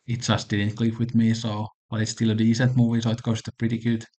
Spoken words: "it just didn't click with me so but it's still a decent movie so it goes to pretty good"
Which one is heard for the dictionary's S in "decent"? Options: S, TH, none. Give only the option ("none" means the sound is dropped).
S